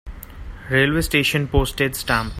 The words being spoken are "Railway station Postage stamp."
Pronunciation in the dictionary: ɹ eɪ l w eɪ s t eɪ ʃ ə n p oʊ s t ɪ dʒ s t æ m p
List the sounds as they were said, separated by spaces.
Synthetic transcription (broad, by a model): ɹ eɪ l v eɪ s t eɪ ʃ ə n p oʊ s t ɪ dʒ s t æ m